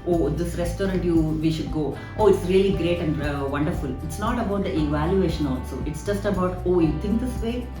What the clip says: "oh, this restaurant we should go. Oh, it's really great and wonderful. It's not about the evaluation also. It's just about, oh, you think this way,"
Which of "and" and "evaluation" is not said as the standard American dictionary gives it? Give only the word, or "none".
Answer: none